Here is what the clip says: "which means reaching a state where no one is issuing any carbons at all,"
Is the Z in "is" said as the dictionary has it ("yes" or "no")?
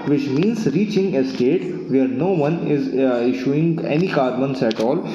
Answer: yes